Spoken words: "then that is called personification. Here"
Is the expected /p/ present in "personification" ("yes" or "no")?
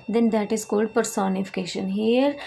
yes